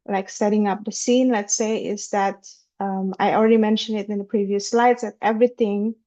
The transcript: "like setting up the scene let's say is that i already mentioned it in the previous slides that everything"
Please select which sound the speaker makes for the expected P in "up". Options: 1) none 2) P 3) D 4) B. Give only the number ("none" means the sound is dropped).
2